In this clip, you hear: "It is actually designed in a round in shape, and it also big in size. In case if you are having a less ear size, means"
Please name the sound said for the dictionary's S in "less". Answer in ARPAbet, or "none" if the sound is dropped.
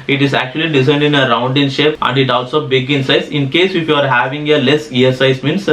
none